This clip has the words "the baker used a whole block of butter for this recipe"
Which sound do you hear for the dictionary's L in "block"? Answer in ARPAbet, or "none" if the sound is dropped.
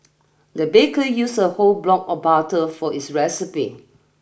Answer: L